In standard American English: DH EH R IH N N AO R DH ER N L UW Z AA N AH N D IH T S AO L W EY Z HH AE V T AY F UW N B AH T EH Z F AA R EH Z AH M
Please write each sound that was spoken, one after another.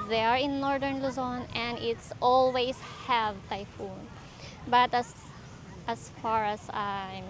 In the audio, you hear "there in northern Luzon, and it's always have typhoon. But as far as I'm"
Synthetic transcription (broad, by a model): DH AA R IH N N AO R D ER N L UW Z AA N AH N D IH T S AO L W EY S HH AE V T AY F UW N B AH T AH S F AA R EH S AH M